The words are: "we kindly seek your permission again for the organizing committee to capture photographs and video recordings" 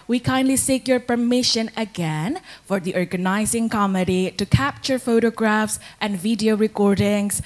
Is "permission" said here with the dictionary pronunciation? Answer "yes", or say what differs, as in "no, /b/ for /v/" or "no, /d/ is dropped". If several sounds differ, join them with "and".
yes